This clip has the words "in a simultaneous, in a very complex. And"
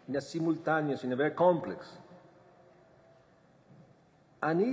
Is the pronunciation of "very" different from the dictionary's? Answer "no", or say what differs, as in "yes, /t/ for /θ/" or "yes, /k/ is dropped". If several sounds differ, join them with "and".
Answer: yes, /b/ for /v/